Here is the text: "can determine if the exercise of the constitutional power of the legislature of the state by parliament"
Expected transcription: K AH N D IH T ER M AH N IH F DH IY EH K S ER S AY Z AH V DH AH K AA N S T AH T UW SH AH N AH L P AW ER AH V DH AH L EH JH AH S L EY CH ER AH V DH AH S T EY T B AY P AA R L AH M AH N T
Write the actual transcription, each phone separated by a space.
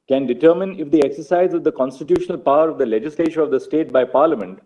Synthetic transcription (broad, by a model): K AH N D IH T ER M AH N IH F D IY EH K S ER S AY Z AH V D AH K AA N S T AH T UW SH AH N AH L P AW ER AH V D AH L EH JH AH S L EY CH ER AH V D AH S T EY T B AY P AA R L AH M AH N T